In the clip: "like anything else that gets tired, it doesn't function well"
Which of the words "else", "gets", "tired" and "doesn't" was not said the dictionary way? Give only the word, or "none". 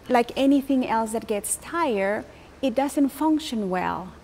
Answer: tired